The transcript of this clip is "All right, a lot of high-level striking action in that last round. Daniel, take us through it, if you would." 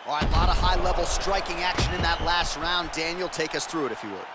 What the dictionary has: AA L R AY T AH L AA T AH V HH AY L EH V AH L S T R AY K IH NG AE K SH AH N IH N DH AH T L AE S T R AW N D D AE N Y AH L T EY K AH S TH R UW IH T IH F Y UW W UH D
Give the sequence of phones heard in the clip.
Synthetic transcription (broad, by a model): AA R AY AH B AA T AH HH AY L EH V L S T R AY K IH NG AE K SH AH N IH N DH AH T L AE S T R AW N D D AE N Y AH L T EY K AH S TH R UW IH T IH F Y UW W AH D